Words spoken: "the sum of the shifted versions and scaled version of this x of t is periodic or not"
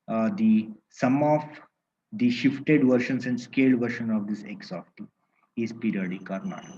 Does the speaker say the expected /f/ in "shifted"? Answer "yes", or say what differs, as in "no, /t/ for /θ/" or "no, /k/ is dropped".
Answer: yes